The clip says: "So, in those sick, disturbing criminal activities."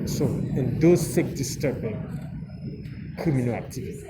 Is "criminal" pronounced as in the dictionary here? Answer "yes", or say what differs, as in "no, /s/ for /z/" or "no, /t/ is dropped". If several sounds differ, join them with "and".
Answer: no, /ɹ/ is dropped